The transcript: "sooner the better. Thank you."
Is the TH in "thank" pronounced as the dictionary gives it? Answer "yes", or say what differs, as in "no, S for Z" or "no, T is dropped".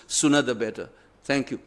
no, T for TH